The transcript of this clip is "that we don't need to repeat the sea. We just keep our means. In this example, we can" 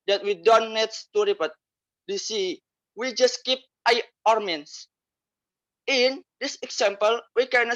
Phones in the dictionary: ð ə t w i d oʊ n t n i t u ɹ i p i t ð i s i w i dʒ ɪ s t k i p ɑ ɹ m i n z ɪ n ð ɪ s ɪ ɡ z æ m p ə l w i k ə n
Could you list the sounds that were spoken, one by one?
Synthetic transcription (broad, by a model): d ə t w i d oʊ n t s t u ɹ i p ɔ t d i s i w i dʒ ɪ s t k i p ɑ ɹ m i n s ɪ n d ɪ s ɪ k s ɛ m p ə l w i k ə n